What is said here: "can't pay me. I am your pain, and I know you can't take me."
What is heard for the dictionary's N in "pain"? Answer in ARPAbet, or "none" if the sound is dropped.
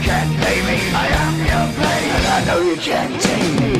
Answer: none